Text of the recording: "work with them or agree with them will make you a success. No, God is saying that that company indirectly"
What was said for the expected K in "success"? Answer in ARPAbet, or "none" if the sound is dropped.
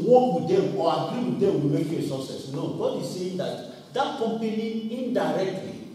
none